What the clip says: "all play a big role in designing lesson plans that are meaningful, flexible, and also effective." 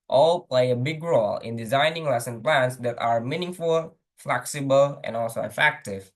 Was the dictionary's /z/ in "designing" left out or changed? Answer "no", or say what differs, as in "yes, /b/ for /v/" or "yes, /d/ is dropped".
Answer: no